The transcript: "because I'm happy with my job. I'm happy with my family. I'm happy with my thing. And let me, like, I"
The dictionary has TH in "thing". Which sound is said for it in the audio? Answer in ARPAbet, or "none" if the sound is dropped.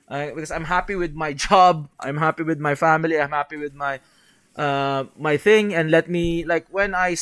TH